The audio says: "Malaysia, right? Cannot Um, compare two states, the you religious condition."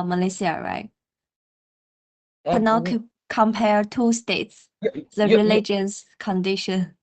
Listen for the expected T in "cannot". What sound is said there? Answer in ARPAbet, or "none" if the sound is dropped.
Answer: none